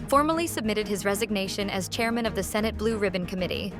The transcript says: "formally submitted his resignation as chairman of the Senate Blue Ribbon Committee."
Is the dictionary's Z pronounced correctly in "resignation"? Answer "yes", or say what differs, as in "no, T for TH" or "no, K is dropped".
yes